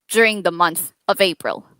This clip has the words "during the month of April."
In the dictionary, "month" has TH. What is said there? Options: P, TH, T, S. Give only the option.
TH